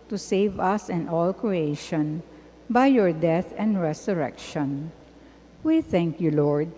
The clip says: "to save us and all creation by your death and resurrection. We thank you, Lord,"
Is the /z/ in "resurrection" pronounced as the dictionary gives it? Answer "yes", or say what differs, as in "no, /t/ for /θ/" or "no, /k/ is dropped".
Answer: no, /s/ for /z/